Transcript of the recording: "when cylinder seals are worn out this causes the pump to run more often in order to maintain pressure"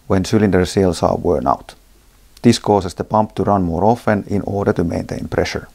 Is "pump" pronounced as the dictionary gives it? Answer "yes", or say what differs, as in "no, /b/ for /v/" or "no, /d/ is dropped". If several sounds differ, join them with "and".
yes